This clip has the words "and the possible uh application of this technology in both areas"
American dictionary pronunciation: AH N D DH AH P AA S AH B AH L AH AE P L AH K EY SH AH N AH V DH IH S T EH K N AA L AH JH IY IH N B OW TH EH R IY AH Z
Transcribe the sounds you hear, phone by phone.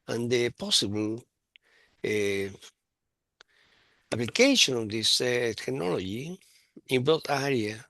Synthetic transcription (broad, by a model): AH N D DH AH P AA S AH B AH L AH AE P L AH K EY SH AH N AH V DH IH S T EH K N AA L AH JH IY IH N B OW T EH R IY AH